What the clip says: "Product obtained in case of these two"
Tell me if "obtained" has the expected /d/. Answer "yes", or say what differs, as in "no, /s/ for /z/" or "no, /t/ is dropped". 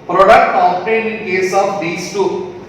no, /d/ is dropped